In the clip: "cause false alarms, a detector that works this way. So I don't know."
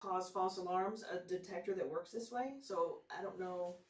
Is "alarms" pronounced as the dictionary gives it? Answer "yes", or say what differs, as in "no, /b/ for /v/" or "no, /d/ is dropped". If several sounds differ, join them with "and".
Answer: yes